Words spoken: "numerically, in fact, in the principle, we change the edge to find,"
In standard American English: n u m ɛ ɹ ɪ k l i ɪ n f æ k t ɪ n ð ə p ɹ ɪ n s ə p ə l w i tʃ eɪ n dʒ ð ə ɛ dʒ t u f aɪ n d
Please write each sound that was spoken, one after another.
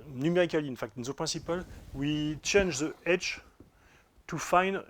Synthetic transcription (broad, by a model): n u m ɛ ɹ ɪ k l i ɪ n f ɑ k t ɪ n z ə p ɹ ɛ s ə p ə l w i tʃ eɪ n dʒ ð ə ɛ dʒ t u f aɪ n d